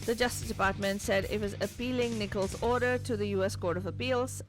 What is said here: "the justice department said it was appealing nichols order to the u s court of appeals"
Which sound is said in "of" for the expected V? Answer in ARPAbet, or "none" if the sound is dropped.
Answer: V